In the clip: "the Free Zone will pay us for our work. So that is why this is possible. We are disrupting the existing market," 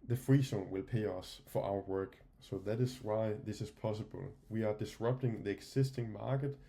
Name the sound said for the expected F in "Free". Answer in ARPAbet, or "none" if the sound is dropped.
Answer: F